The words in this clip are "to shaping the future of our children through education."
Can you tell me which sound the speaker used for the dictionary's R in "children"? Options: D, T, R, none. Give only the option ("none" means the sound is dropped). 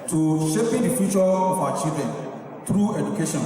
none